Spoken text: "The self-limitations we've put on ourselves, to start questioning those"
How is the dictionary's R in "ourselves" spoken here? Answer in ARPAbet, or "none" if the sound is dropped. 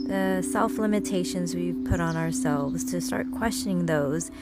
R